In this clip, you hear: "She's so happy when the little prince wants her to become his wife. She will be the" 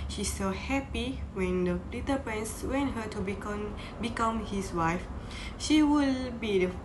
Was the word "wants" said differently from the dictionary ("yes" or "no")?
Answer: yes